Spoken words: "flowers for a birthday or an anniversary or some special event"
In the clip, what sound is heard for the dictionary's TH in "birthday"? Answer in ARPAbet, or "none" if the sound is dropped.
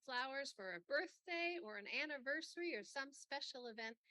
TH